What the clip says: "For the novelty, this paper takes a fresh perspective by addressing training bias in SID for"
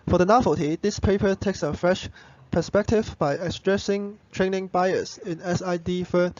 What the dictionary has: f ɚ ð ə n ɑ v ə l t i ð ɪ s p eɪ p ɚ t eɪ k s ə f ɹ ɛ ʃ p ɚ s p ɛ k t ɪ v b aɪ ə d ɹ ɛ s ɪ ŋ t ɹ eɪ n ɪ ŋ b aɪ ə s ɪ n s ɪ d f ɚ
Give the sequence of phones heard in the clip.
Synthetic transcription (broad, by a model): f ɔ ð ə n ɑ f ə t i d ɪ s p eɪ p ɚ t eɪ k s ə f ɹ ɛ ʃ p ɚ s p ɛ k t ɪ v b aɪ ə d ɹ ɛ s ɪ ŋ t ɹ eɪ n ɪ ŋ b aɪ ə s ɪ n s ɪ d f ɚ